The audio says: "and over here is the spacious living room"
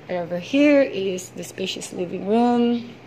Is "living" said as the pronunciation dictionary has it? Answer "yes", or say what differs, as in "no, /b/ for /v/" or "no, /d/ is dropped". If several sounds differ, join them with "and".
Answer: yes